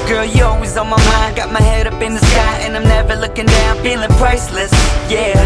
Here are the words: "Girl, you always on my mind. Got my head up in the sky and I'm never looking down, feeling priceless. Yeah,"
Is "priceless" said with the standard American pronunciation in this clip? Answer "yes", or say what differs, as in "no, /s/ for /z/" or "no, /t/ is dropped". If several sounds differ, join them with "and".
yes